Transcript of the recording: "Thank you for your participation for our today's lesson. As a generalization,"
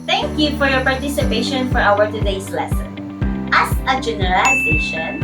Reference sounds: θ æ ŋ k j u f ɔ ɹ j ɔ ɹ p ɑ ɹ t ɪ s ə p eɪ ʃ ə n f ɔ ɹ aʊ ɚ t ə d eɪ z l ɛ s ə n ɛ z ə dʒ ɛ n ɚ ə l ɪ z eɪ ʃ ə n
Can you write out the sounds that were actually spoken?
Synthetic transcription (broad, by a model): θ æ ŋ k j u f ɔ ɹ j ɔ ɹ p ɑ ɹ t ɪ s ə p eɪ ʃ ə n f ɔ ɹ aʊ ɚ t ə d eɪ s l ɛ s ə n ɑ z ə dʒ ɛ n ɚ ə l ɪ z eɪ ʃ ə n